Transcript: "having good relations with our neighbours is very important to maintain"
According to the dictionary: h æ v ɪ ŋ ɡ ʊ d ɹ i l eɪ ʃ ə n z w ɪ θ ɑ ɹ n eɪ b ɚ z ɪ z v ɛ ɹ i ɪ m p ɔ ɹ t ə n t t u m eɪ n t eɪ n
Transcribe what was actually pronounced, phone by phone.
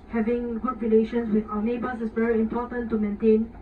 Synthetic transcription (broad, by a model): h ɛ v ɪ ŋ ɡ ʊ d ɹ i l eɪ ʃ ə n s w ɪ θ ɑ n eɪ b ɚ s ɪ s v ɛ ɹ i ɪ m p ɔ t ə n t t u m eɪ n t eɪ n